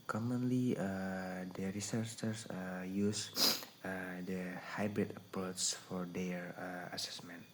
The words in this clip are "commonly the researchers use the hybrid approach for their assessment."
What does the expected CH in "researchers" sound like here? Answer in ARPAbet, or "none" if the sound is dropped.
S